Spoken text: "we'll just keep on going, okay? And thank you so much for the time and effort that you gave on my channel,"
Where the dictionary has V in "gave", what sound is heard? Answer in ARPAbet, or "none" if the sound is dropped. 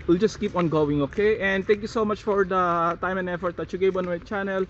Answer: B